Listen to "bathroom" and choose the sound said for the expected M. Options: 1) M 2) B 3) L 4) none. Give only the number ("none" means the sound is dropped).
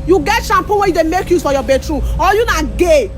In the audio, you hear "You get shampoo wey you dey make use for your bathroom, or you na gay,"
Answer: 4